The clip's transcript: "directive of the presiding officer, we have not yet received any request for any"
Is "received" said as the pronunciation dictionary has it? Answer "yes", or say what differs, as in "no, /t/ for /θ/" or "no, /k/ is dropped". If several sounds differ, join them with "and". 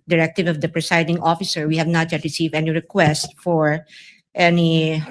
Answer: no, /d/ is dropped